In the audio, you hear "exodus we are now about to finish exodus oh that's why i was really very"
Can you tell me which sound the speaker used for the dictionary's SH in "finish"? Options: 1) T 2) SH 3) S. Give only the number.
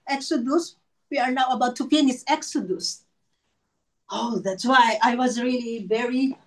3